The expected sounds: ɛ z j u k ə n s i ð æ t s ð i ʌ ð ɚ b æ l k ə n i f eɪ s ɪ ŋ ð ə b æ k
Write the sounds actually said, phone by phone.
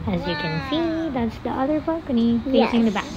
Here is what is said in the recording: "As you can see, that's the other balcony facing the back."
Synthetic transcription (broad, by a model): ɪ z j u k ə n s i ð æ t s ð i ʌ ð ɚ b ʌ k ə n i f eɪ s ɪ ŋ ð ə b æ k